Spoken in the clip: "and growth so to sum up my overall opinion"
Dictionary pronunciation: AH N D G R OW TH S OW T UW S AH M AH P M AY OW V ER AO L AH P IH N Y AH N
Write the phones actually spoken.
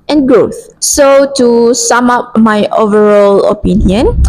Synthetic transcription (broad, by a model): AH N G R OW TH S OW T UW S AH M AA P M AY OW V ER AO L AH P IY N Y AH N